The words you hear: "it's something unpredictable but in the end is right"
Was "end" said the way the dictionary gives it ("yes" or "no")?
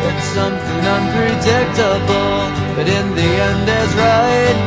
yes